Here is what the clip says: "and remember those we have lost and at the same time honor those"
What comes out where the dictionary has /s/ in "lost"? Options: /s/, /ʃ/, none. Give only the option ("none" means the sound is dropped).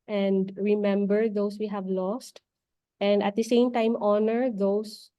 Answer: /s/